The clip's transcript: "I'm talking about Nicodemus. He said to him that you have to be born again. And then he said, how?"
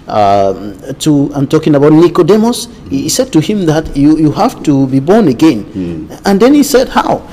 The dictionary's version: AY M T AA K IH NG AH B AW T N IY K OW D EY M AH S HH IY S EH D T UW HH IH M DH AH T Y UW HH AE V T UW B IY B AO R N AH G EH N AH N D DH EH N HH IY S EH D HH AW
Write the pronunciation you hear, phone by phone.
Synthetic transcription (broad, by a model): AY M T AA K IH NG AH B AW T N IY K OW D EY M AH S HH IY S EH D T UW HH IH M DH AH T Y UW HH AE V T UW B IY B AO R N AH G EH N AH N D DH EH N HH IY S EH D HH AW